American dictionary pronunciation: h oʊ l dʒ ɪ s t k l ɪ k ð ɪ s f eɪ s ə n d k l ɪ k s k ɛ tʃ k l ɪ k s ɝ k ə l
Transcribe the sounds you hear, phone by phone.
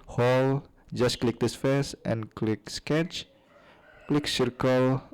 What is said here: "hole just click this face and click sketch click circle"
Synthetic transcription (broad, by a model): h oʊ l dʒ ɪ s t k l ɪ k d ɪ s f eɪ s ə n k l ɪ k s k ɛ tʃ k l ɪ k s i k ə l